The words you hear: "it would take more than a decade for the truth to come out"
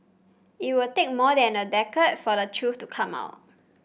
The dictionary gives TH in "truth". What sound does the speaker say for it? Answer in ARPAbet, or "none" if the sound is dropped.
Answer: F